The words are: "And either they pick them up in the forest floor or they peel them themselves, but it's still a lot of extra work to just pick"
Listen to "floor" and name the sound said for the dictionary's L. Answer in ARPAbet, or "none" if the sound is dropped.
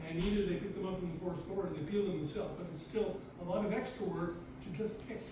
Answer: none